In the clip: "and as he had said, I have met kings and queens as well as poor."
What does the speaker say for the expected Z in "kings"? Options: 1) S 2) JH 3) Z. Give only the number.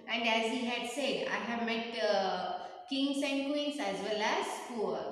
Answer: 1